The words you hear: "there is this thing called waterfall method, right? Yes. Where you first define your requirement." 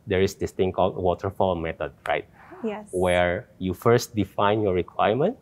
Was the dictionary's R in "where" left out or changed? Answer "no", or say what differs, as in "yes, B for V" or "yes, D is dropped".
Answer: no